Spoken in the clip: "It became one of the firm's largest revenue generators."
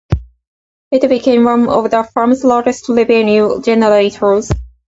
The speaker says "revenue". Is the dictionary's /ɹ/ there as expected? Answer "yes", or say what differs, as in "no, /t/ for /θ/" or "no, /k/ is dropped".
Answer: no, /l/ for /ɹ/